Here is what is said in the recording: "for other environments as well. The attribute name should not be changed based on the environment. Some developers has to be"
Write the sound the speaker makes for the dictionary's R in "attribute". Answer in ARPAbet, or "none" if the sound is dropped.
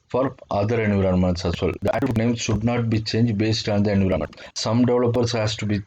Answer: none